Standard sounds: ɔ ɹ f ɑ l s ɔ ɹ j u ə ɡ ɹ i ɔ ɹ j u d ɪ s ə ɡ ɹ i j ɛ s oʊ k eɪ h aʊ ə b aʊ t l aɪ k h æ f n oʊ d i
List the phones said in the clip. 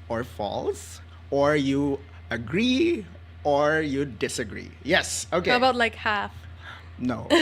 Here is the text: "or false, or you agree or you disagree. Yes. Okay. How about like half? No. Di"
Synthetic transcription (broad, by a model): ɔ ɹ f ɑ l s ɔ ɹ j u ə ɡ ɹ i ɔ ɹ j u d ɪ s ə ɡ ɹ i j ɛ s oʊ k eɪ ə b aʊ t l aɪ k h æ f n oʊ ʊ